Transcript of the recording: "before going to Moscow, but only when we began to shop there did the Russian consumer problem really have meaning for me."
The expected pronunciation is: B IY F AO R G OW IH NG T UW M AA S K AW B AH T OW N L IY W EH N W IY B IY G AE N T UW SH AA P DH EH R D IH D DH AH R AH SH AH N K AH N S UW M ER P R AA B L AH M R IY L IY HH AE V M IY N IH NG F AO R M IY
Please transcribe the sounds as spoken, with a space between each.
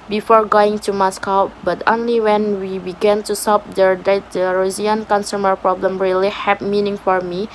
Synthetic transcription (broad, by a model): B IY F AO R G OW IH NG T UW M AA S K AW B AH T OW N L IY W EH N W IY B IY G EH N T UW S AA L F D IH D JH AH R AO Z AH N K AH N S UW M ER P R AA B L AH M R IY L IY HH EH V M IY N IH NG F AO R M IY